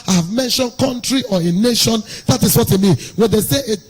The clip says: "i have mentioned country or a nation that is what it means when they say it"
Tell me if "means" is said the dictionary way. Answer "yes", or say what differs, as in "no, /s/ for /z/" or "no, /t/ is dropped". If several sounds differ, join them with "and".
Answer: no, /z/ is dropped